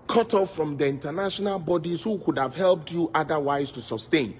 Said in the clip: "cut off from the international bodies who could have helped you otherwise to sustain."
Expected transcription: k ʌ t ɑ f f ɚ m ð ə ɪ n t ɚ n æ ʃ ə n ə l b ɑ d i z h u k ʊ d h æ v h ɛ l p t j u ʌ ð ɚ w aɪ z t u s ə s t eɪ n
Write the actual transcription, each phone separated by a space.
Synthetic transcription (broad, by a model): k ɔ t ɑ f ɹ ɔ m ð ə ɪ n t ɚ n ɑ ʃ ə n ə l b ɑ d i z h u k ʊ d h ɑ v h ɛ l p t j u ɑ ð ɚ w aɪ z t u s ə s t eɪ n